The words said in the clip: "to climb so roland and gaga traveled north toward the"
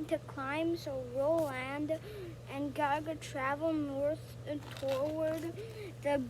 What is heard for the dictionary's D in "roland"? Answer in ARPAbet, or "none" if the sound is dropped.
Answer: D